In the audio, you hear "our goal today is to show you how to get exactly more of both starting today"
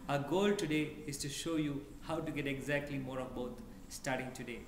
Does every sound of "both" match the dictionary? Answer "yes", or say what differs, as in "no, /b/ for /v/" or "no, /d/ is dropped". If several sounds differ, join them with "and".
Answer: no, /t/ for /θ/